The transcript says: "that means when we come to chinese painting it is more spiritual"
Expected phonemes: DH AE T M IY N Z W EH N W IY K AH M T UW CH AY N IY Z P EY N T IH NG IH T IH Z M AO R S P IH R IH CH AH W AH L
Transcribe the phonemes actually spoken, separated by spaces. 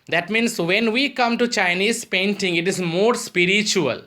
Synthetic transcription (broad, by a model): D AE T M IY N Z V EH N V IY K AH M T UW CH AY N IY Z P EY N T IH NG IH T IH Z M AO R S P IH R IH CH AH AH L